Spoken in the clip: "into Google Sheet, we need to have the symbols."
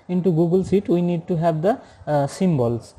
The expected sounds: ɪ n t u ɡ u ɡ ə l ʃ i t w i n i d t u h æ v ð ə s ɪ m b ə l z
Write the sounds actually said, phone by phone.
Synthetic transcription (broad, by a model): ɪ n t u ɡ u ɡ ə l s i t w i n i d t u h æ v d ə s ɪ m b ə l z